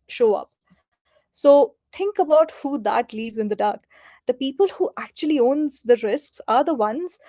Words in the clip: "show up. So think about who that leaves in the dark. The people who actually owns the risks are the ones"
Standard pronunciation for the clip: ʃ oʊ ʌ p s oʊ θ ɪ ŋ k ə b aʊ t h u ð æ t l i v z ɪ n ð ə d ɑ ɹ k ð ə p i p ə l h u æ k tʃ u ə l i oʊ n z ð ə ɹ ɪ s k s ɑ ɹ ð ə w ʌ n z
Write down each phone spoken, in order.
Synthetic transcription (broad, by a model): ʃ oʊ ʌ p s oʊ t ɪ ŋ k ə b aʊ t h u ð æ t l i v z ɪ n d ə d ɑ ɹ k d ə p i p ə l h u æ k tʃ u ə l i oʊ n z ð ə ɹ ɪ s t s ɑ ɹ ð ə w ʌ n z